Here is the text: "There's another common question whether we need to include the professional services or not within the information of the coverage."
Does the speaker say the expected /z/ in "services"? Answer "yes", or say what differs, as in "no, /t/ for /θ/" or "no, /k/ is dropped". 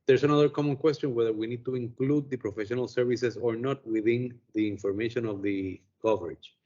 no, /s/ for /z/